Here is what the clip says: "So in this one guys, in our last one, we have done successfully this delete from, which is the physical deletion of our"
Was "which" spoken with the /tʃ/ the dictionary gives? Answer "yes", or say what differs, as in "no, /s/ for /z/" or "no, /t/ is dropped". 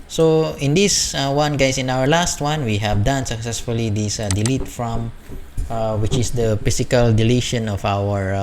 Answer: yes